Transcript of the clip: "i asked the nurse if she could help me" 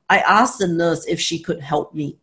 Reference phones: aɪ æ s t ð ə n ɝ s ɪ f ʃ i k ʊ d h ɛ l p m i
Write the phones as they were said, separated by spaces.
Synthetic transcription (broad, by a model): aɪ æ s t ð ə n ɝ s ɪ f ʃ i k ʊ d h ɛ l p m i